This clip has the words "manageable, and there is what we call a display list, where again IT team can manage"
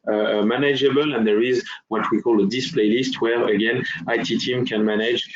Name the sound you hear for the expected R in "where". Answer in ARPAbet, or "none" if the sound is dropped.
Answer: R